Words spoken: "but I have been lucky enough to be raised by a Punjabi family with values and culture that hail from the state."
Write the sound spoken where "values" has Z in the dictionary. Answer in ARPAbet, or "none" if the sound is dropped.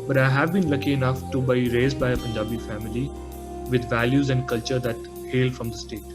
Z